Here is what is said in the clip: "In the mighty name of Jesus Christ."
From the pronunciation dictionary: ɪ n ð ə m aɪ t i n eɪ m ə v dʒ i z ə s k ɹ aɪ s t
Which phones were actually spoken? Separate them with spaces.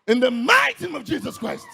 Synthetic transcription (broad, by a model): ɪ n ð ə m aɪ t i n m ə v dʒ i z ə s k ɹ aɪ s t